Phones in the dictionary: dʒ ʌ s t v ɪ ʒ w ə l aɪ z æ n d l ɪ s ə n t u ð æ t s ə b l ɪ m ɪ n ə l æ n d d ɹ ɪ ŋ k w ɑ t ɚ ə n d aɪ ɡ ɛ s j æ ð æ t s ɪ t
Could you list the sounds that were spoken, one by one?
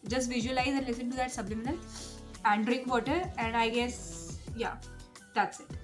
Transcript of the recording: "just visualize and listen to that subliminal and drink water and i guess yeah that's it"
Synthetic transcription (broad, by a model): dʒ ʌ s t v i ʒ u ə l aɪ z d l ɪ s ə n t u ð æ t s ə b l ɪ m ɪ n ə l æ n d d ɹ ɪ k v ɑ t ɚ ə n d aɪ ɡ ɛ s j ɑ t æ t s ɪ t